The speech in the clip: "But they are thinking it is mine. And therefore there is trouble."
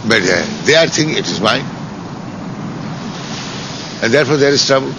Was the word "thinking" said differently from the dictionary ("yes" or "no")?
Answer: yes